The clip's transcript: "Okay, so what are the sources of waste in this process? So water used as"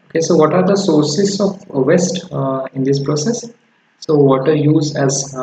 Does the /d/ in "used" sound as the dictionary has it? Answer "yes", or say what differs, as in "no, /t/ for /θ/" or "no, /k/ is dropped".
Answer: no, /d/ is dropped